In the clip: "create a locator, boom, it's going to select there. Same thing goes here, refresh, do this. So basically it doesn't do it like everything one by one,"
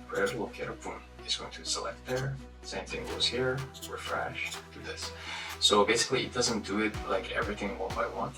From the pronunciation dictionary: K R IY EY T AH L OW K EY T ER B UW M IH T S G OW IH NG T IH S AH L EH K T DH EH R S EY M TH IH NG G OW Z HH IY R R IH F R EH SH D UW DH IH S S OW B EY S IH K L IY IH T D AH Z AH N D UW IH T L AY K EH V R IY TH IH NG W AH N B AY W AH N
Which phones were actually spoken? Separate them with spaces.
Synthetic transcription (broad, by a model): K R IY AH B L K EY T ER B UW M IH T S G OW IH NG T IH S AH L EH K T DH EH R S EY M TH IH NG G OW Z HH IY R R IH F R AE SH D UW DH IH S S OW B EY S IH K L IY IH T D AH Z AH N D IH IH T L AY K EH V R IY TH IH NG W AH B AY W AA N